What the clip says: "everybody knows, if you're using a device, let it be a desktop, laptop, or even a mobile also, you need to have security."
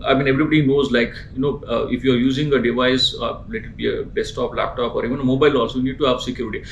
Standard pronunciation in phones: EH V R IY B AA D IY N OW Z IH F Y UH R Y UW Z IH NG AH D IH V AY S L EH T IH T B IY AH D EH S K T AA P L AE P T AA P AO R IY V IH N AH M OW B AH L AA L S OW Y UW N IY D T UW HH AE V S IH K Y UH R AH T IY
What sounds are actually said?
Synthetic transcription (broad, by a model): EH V R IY B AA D IY N OW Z IH F Y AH R Y UW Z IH NG AH D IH V AY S L EH T IH T B IY AH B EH S T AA P L AE P T AA P AO R IY V IH N AH M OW B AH L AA S Y UW N IY D T UW HH AE V S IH K Y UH R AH T IY